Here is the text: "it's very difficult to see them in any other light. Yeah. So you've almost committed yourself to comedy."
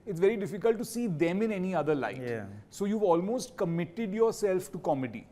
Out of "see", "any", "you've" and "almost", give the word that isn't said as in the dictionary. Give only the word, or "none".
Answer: none